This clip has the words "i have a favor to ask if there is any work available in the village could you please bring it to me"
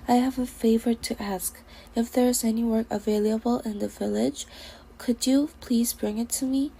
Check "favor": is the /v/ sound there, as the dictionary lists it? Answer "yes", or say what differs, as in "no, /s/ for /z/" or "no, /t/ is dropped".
yes